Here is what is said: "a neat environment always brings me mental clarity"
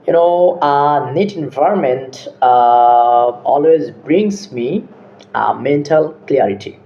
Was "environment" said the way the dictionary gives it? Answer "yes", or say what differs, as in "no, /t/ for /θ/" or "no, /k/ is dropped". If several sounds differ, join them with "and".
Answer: yes